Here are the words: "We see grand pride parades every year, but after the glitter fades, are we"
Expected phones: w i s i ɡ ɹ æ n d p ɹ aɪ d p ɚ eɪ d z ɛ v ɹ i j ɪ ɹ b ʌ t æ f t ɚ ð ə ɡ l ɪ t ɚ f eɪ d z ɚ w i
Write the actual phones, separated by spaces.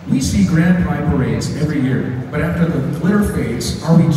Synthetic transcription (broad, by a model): w i s i ɡ ɹ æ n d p aɪ p ɚ eɪ d z ɛ v ɹ i j ɪ ɹ b ʌ t æ f t ɚ ð ə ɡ l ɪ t ɚ f eɪ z ɚ w i